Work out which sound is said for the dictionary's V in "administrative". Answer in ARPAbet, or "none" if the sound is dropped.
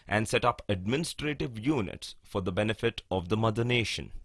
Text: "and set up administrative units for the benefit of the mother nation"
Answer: V